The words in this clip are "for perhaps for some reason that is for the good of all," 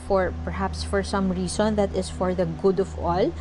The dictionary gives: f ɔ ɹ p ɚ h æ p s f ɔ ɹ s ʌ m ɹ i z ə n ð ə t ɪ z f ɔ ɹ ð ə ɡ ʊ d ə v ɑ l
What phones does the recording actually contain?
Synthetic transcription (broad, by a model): f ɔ ɹ p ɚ h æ p s f ɔ ɹ s ʌ m ɹ i s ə n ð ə t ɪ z f ɔ ɹ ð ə ɡ ʊ d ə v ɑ l